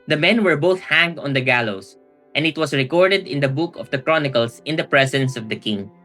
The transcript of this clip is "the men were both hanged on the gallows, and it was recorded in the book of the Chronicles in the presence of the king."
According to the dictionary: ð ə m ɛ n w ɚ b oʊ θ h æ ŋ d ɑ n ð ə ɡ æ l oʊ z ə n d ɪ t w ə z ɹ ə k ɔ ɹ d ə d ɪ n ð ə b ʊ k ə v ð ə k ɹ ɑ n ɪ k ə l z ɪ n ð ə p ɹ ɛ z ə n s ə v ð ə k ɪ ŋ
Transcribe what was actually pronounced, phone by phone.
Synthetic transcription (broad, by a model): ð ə m ɛ n w ɚ b oʊ θ h æ ŋ d ɑ n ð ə ɡ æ l oʊ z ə n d ɪ t w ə s ɹ ə k ɔ ɹ d ə d ɪ n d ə b ʊ k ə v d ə k ɹ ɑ n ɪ k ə l s ɪ n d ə p ɹ ɛ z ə n s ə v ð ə k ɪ ŋ